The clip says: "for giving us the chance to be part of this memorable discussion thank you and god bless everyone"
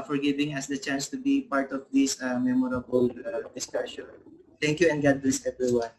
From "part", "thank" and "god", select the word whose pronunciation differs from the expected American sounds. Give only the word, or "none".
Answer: thank